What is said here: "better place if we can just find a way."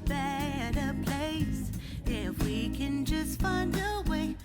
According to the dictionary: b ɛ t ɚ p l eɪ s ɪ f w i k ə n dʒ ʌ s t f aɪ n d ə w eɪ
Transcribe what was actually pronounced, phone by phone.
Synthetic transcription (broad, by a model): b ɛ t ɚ p l eɪ s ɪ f w i k ə n dʒ ʌ s t f aɪ n d ə w eɪ